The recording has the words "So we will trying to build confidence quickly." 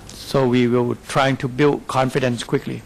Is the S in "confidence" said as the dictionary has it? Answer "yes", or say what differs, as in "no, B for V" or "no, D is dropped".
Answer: yes